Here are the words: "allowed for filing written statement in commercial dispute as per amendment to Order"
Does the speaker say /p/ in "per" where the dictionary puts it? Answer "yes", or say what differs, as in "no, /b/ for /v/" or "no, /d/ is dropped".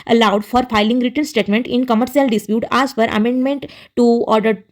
no, /f/ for /p/